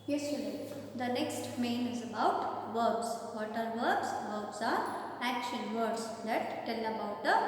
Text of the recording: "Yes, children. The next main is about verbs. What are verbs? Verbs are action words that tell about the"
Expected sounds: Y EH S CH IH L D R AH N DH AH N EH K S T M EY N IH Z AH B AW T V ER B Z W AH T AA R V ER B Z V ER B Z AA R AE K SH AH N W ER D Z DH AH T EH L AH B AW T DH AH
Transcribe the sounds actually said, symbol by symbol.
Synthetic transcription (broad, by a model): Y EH S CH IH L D AH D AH N EH K S T M EY N IH Z AH B AW T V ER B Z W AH T AA R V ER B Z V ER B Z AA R AE K SH AH N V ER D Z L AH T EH L AH B AW T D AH